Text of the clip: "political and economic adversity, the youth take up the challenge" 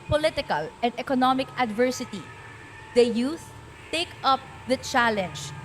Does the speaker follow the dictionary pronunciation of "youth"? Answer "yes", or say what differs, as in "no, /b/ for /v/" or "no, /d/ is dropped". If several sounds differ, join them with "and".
no, /s/ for /θ/